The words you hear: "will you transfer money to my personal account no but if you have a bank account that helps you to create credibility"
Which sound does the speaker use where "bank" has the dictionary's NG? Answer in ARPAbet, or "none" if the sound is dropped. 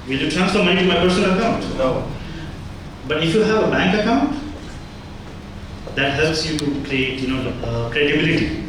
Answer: NG